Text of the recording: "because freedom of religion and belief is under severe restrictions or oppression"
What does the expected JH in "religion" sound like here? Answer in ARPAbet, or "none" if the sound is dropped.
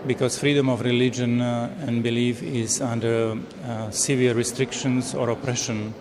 JH